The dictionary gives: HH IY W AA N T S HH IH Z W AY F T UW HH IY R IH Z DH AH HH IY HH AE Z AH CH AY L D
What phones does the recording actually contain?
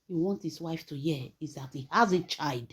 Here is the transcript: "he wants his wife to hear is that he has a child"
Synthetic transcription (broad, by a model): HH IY W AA N T HH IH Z W AY F T UW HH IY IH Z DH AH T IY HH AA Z AH CH AY L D